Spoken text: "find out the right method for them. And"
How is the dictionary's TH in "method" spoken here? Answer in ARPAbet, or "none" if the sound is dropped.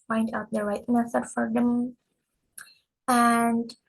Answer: S